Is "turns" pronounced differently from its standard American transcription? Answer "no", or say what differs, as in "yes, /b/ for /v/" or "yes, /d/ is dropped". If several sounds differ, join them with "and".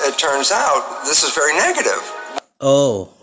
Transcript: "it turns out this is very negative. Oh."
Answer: no